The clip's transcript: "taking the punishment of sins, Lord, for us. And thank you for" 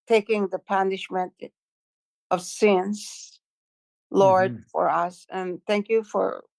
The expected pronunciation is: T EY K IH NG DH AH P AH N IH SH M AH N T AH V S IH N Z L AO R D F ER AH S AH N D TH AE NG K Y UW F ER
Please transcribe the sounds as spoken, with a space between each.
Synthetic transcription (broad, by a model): T EY K IH NG DH AH P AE N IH SH M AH N T AH V S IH N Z L AO R D F ER AH S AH N TH AE NG K Y UW F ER